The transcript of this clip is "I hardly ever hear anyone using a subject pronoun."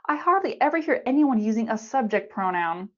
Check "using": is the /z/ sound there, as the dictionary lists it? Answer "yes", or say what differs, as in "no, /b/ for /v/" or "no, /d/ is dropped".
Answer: yes